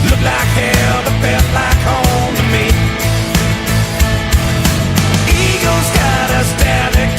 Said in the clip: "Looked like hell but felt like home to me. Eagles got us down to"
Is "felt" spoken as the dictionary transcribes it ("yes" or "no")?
no